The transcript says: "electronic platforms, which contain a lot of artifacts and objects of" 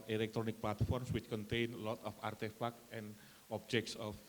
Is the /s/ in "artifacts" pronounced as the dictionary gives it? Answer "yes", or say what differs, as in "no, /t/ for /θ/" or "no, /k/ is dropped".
no, /s/ is dropped